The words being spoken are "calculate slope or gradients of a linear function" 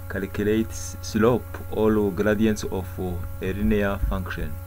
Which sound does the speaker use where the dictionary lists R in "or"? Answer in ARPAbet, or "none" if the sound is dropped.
L